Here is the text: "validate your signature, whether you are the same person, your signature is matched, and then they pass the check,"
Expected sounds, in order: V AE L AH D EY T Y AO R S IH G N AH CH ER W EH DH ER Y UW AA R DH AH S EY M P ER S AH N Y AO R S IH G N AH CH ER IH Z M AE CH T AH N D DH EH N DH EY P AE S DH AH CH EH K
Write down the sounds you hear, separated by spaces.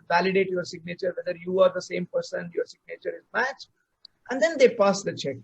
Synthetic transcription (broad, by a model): V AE L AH D EY T Y AO R S IH G N AH CH ER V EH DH ER Y UW AA R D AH S EY M P ER S AH N Y AO R S IH G N AH CH ER IH Z M AE CH T AH N D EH N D EY P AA S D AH CH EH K